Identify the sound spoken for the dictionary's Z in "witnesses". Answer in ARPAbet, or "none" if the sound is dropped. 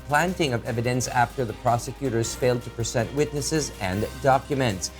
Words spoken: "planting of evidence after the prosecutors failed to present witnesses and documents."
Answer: Z